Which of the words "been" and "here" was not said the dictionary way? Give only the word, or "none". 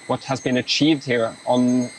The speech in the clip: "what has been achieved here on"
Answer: none